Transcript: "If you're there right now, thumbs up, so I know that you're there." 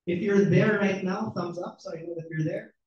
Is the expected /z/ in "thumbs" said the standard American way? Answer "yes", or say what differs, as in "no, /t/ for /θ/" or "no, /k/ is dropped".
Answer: yes